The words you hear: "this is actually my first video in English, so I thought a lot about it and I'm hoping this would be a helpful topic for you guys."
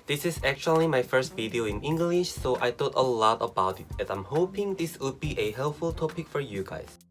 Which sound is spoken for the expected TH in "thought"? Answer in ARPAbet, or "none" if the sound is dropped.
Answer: T